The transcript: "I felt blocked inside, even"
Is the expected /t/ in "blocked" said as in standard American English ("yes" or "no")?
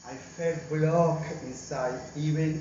no